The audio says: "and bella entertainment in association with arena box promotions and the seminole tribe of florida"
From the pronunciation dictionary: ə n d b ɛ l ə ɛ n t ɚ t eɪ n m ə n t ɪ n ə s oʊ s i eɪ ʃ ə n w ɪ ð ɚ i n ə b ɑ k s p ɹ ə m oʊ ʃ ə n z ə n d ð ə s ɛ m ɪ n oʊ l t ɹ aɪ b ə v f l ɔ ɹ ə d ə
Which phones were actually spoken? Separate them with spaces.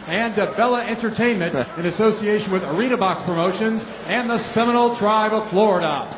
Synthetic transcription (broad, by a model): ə n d b ɛ l ə ɛ n t ɚ t eɪ n m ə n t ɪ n ə s oʊ s i eɪ ʃ ə n w ɪ ð ɚ i n ə b ɑ k s p ɹ ə m oʊ ʃ ə n z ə n ð ə s ɛ m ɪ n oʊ l t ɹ aɪ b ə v f l ɔ ɹ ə d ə